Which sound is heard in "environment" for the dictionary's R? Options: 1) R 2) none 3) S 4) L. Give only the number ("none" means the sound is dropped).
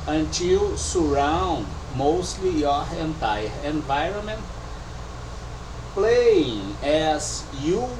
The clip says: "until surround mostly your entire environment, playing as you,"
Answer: 1